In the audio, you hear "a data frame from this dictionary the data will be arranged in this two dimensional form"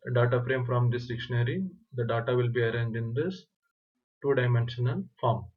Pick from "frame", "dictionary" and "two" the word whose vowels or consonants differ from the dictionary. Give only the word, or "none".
none